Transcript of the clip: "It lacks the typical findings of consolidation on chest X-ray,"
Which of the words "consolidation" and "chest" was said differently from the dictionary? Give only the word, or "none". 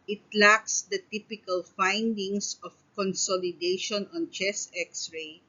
chest